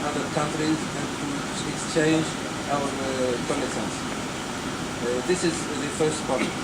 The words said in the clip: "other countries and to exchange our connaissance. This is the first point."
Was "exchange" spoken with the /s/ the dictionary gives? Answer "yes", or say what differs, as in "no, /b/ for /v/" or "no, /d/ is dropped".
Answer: yes